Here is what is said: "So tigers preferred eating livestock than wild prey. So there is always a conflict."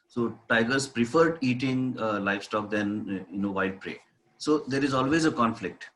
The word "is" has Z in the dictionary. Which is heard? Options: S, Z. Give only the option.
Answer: Z